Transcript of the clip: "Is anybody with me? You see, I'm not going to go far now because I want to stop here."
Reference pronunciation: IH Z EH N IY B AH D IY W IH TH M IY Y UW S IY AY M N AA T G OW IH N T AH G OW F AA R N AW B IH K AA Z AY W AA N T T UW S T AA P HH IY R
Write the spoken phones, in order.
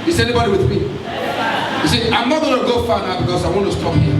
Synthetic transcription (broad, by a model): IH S EH N IY B AH D IY W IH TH M IY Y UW S IY AY M N AA T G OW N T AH G OW F AA N AW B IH K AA S AY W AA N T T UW S T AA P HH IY